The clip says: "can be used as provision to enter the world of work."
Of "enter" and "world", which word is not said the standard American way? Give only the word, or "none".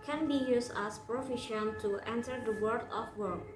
world